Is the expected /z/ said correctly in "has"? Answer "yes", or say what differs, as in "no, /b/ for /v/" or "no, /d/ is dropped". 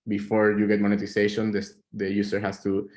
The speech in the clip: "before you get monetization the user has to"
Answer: no, /s/ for /z/